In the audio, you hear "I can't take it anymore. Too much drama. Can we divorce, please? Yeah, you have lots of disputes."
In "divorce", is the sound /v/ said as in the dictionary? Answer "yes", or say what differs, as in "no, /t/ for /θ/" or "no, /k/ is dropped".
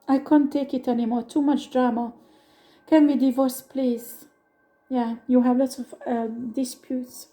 yes